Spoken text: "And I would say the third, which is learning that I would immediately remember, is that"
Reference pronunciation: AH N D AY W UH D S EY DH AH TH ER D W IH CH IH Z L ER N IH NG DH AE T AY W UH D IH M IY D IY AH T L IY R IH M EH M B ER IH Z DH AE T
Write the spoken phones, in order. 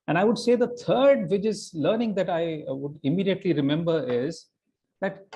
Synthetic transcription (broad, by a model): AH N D AY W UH D S EY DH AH T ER D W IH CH IH Z L ER N IH NG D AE T AY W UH D IH M IY D IY AH T L IY R IH M EH M B ER IH Z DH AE T